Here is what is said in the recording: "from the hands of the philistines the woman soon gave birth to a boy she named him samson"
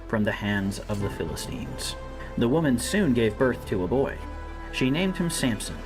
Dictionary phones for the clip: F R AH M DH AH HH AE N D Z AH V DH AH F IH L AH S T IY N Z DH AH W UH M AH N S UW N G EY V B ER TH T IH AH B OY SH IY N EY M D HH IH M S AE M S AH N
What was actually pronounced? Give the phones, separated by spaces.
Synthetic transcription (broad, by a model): F R AH M DH AH HH AE N D Z AH V DH AH F IH L AH S T IY N Z DH AH W UH M AH N S UW N G EY V B ER TH T IH AH B OY SH IY N EY M D HH IH M S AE M S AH N